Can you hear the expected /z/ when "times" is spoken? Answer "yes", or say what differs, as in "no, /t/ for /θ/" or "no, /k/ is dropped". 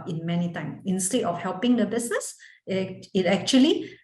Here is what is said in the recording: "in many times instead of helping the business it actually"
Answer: no, /z/ is dropped